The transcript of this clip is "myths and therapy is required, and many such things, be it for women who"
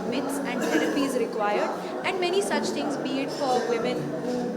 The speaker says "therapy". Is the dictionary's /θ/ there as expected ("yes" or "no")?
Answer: no